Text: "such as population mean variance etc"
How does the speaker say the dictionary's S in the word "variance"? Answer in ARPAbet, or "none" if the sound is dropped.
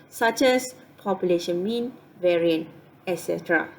none